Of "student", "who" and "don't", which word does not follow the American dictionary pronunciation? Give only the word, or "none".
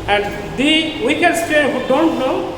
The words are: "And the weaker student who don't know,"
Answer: student